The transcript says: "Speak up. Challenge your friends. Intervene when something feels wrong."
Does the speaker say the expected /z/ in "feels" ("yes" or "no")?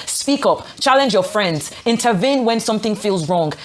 yes